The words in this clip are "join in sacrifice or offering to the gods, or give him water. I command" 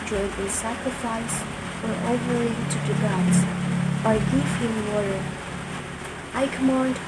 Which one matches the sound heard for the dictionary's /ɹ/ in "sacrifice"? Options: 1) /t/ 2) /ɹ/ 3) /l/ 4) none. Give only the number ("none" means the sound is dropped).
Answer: 2